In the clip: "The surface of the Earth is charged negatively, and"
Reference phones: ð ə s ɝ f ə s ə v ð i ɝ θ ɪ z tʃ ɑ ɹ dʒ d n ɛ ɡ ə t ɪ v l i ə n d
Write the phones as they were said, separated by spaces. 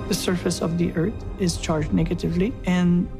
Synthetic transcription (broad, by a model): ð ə s ɝ f ə s ə v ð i ɝ θ ɪ z tʃ ɑ ɹ dʒ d n ɛ ɡ ə t ɪ v l i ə n